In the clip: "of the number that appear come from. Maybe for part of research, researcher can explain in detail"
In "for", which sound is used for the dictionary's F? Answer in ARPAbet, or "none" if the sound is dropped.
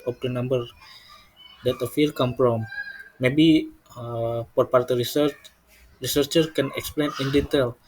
P